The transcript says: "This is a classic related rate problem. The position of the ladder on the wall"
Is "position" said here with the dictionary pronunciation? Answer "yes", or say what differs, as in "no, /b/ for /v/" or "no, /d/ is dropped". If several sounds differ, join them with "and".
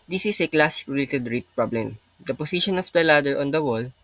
no, /s/ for /z/